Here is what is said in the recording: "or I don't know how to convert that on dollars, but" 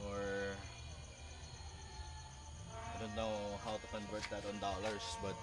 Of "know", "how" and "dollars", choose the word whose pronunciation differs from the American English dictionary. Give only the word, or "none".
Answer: dollars